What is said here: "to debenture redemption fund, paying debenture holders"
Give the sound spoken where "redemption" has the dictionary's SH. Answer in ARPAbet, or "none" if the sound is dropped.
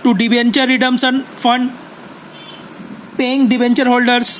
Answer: S